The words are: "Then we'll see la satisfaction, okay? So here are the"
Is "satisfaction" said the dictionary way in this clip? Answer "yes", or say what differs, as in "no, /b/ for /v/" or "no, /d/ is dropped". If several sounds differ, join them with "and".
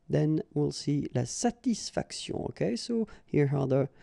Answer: no, /s/ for /ʃ/ and /n/ is dropped